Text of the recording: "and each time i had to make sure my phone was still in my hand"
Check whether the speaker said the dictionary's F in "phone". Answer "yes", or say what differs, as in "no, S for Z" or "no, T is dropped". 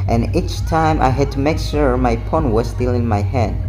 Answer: no, P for F